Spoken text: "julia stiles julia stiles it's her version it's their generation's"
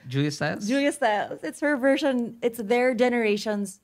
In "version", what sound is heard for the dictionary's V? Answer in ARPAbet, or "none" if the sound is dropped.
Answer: V